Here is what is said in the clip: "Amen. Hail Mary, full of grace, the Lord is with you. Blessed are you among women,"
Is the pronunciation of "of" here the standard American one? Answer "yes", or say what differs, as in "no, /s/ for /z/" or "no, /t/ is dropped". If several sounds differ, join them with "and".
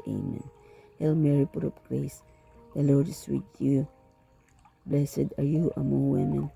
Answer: no, /p/ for /v/